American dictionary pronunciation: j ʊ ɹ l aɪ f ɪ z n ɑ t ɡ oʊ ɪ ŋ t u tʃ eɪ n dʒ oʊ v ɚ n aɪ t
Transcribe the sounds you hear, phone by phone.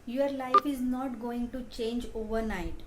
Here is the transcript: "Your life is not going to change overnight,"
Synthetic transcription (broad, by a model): j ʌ ɹ l aɪ f ɪ z n ɑ t ɡ oʊ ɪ ŋ t u tʃ eɪ n dʒ oʊ v ɚ n aɪ t